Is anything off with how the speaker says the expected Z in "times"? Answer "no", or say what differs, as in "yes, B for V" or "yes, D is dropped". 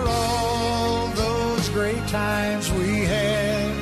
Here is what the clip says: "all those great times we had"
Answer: no